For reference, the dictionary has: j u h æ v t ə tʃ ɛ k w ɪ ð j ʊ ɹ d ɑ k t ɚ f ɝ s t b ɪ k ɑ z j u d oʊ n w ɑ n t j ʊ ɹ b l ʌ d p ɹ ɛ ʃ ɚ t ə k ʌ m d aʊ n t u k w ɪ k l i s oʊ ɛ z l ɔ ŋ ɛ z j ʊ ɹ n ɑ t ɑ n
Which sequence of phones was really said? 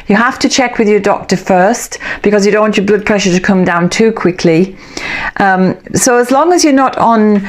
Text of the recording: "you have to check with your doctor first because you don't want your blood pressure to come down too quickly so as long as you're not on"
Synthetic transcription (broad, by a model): j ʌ h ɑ f t ə tʃ ɛ k w ɪ ð j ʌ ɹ d ɑ k t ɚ f ɝ s t b ɪ k ɑ z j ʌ d oʊ n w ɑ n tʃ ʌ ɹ b l ʌ d p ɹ ɛ ʃ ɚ t ə k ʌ m d aʊ n t u k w ɪ k l i s oʊ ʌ z l ɔ ŋ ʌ z j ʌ ɹ n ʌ t n